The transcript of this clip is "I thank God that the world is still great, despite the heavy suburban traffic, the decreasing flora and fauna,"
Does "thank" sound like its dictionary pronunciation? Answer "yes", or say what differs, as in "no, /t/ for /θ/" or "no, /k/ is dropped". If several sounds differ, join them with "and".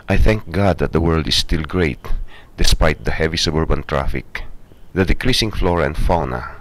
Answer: yes